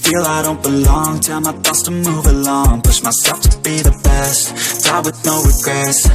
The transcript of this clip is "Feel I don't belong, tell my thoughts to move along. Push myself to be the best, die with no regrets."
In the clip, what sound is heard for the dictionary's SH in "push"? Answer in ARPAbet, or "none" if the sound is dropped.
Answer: S